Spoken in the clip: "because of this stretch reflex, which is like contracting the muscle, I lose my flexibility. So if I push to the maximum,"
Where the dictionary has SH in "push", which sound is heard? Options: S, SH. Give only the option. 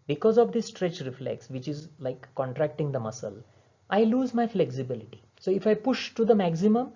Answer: SH